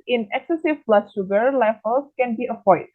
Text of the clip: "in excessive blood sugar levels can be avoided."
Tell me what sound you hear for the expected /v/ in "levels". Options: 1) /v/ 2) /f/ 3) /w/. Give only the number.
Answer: 2